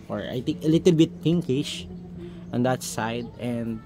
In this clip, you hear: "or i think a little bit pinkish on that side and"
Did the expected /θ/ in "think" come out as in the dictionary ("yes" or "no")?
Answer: no